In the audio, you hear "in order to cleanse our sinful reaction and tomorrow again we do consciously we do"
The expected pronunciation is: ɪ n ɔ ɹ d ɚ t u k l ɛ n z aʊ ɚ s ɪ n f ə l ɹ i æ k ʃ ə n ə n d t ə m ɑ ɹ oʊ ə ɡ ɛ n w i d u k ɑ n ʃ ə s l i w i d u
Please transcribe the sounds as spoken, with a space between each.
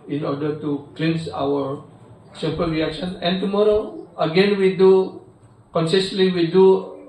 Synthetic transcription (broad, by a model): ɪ n ɔ ɹ d ɚ t u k l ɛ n s aʊ ɚ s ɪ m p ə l ɹ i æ k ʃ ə n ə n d t ə m ɑ ɹ oʊ ə ɡ ɛ n w i d u k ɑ n s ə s l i w i d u